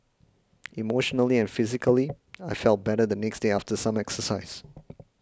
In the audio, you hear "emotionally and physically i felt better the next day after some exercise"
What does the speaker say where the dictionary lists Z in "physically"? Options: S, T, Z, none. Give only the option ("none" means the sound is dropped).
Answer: Z